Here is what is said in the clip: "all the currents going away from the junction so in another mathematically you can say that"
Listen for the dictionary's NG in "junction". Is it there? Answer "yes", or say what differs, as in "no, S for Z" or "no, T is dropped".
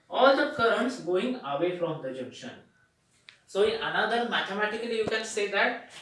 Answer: no, NG is dropped